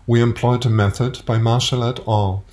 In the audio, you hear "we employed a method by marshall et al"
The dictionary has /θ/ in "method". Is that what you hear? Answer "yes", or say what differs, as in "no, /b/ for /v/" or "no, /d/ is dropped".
yes